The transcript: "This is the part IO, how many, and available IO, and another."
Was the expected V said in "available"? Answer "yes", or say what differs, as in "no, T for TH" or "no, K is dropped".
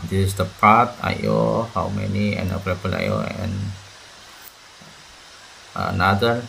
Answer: no, P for V